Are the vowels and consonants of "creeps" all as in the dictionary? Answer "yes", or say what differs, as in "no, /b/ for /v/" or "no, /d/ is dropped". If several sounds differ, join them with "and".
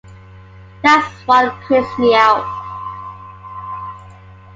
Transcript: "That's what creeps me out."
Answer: no, /p/ is dropped